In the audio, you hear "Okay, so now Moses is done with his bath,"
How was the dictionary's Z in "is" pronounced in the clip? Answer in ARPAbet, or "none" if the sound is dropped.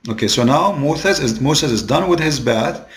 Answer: Z